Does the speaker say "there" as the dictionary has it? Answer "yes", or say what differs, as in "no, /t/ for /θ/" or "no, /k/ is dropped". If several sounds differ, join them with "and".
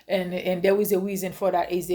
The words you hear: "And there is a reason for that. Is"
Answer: no, /w/ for /ɹ/